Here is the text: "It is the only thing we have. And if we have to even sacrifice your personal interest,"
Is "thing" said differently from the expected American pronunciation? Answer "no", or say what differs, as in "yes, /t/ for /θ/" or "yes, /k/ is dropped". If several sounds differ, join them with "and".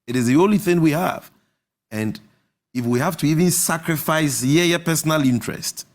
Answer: no